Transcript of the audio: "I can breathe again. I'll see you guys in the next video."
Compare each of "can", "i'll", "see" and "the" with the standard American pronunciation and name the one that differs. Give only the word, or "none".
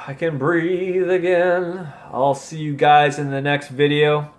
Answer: none